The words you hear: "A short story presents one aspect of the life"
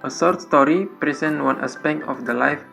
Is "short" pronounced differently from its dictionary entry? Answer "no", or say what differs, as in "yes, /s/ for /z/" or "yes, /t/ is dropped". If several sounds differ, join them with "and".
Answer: yes, /s/ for /ʃ/